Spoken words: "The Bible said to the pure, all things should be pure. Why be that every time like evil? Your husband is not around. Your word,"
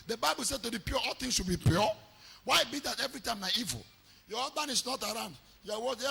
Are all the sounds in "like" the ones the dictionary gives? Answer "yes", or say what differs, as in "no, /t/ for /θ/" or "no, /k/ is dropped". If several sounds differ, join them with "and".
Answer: no, /n/ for /l/ and /k/ is dropped